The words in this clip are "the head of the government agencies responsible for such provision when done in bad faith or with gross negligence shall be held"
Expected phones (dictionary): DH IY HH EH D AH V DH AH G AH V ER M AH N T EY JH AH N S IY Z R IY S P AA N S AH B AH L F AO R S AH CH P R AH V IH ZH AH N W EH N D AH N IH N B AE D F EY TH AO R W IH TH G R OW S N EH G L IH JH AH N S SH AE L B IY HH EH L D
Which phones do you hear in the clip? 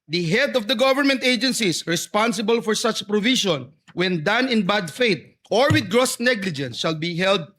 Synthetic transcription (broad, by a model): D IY HH EH D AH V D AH G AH V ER M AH N T EY JH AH N S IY S R IY S P AA N S AH B AH L F AO R S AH CH P R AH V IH SH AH N W EH N D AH N IH N B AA D F EY T AO R W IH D G R OW S N EH G L IH JH AH N S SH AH L B IY HH EH L D